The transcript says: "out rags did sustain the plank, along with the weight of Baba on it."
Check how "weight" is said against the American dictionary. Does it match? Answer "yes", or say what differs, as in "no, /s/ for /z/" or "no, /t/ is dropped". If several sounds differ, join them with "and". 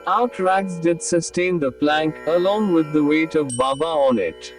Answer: yes